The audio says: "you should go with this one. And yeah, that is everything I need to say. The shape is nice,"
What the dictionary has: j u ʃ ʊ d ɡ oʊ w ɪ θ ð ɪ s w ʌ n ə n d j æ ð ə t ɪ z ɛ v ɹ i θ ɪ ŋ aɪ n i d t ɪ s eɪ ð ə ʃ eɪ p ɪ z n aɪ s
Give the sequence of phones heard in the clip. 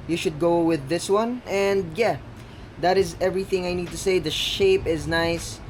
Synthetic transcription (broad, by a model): j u ʃ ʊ d ɡ oʊ w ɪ ð ɪ s w ʌ n ə n d j æ ð ə t ɪ z ɛ v ɹ i θ ɪ ŋ aɪ n i d t ɪ s eɪ ð ə ʃ eɪ p ɪ z n aɪ s